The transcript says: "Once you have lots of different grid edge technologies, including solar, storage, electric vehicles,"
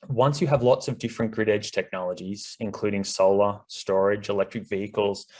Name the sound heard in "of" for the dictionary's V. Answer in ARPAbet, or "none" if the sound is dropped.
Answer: V